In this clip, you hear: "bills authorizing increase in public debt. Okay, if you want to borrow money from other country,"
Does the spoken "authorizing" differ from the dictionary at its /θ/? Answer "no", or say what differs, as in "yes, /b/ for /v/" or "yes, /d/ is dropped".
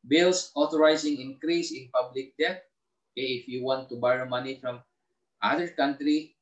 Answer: yes, /t/ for /θ/